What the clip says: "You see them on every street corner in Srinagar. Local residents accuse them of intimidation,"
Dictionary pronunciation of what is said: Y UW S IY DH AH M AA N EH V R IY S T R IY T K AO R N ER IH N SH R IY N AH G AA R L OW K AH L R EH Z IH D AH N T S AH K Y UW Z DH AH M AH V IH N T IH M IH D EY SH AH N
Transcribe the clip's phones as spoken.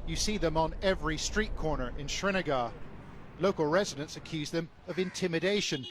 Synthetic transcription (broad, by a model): Y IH S IY DH AH M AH N EH V R IY S T R IY T K AO R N ER IH N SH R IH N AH G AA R L OW K AH L R EH Z IH D AH N T S AH K Y UW Z DH AH M AH V IH N T IH M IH D EY SH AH N